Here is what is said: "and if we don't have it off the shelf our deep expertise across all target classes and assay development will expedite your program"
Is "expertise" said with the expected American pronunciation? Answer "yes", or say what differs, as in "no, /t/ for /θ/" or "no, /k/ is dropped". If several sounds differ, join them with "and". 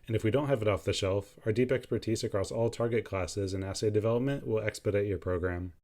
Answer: yes